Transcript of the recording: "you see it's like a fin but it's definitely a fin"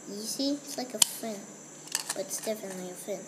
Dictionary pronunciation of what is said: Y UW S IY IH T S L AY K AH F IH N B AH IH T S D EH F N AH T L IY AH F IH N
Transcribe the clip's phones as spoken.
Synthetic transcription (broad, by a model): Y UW S IY IH T S L AY K AH F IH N B AH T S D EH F AH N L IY AH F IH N